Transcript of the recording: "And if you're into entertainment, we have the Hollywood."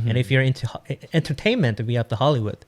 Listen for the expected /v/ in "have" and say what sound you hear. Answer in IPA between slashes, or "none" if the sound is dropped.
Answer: /p/